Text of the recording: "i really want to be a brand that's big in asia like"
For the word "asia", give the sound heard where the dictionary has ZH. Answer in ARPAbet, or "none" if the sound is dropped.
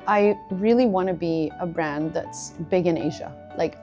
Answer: ZH